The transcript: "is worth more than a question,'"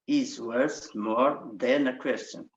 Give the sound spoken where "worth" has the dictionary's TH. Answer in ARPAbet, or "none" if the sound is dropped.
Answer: S